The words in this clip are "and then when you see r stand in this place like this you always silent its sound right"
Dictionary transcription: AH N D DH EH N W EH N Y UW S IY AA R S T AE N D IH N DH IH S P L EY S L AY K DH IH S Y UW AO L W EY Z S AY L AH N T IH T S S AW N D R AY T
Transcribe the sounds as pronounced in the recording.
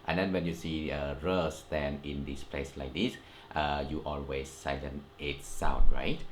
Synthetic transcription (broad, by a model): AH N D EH N W EH N Y UW S IY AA R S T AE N IH N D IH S P L EY S L AY K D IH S Y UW AO L W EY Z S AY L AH N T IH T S S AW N R AY T